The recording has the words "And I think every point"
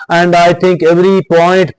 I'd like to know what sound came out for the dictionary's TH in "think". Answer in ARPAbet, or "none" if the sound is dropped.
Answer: T